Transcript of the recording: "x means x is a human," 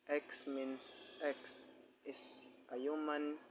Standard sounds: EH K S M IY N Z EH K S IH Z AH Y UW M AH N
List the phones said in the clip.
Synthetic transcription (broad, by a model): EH K S M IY N S EH K S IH S AH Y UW M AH N